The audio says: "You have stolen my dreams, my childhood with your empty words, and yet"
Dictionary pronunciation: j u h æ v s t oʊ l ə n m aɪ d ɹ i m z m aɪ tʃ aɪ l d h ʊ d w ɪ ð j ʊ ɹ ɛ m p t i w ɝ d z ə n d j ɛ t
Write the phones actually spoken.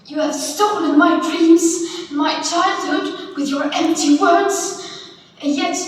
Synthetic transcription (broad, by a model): j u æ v s t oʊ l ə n m aɪ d ɹ i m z m aɪ tʃ aɪ l d h ʊ d w ɪ ð j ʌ ɹ ɛ m p t i w ɝ d z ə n j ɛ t